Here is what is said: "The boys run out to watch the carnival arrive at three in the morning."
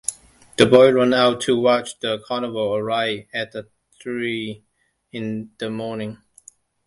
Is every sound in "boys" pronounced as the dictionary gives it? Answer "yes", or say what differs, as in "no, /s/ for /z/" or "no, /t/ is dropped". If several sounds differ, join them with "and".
no, /z/ is dropped